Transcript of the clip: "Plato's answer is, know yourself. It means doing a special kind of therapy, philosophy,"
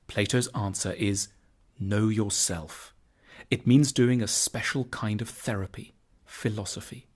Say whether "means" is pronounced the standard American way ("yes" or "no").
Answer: yes